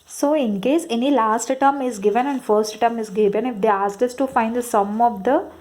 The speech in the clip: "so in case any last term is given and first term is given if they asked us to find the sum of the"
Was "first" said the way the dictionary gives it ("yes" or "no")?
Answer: yes